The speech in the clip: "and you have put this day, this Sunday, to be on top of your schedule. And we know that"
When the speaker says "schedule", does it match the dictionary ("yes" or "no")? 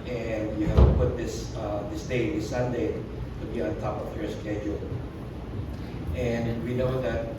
yes